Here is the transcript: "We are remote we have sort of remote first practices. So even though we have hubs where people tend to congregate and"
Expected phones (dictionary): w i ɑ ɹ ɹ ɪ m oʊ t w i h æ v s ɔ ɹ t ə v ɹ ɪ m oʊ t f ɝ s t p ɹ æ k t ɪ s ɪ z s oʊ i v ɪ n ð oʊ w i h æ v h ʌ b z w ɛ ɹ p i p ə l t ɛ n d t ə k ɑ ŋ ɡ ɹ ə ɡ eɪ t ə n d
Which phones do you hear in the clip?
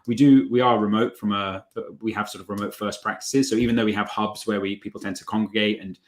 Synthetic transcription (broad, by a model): w i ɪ w ɹ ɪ m oʊ t w i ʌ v s ɔ ɹ t ə v ɹ ɪ m oʊ t f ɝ s p ɹ æ k t ɪ s ɪ z s oʊ i v ɪ n ð oʊ w i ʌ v h ʌ b z w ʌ w p i p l t ɛ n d t ə k ɑ ŋ ɡ ɹ ə ɡ eɪ t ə n